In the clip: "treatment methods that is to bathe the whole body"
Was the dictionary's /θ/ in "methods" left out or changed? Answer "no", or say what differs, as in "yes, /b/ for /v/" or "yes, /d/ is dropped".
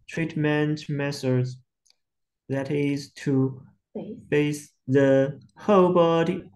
yes, /s/ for /θ/